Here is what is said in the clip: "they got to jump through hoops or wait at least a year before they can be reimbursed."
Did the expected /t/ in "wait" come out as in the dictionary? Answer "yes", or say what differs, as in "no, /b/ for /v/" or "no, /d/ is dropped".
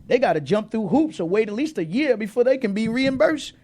yes